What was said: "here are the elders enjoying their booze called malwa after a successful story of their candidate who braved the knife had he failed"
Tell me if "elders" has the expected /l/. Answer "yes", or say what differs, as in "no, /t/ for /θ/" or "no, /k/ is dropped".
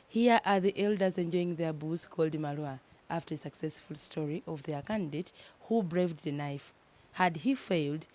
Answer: yes